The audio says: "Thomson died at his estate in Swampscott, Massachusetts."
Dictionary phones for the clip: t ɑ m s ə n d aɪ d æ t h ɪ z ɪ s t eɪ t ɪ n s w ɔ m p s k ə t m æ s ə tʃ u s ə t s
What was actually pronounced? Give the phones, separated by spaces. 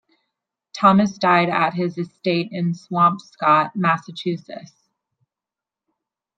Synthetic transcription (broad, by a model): t ɑ m ə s d aɪ d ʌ t h ɪ z ɪ s t eɪ t ɪ n s w ɔ m p s k ə t m æ s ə tʃ u s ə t s